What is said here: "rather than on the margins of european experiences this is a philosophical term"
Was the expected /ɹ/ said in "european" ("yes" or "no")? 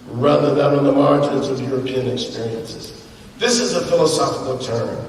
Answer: yes